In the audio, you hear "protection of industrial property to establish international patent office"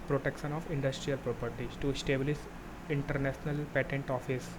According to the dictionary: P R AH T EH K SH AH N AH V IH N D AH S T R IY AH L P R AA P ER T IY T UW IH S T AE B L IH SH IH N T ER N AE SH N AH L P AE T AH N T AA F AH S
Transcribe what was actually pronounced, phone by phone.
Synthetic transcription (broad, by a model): P R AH T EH K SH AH N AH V IH N D AH S T R IY AH L P R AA P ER T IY T UW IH S T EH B L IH S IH N T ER N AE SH N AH L P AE T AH N T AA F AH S